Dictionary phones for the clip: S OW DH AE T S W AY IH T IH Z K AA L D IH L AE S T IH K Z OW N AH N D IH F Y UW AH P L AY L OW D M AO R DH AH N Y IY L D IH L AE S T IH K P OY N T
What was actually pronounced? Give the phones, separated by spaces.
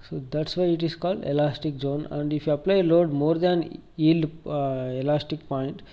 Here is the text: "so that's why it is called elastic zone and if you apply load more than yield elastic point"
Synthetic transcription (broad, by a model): S OW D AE T S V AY IH T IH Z K AA L D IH L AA S T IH K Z OW N AH N D IH F Y UW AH P L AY L OW D M AO R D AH N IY L IH L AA S T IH K P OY N T